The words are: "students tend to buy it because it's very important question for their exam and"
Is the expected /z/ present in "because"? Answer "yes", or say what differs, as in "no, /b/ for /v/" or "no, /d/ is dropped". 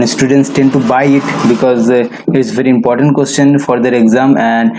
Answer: yes